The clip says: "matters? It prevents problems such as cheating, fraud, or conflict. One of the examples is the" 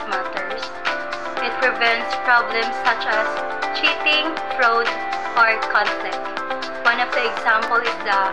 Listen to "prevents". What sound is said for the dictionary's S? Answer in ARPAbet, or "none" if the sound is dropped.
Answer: S